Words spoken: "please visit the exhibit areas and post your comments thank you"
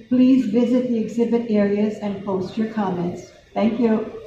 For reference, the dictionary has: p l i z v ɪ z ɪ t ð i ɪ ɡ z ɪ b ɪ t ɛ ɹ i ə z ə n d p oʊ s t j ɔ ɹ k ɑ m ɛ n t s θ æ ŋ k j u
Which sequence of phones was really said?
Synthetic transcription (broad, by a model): p l i z v ɪ z ɪ t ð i ɪ ɡ z ɪ b ɪ t ɛ ɹ i ə z ə n d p oʊ s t j ɔ ɹ k ɑ m ɛ n t s t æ ŋ k j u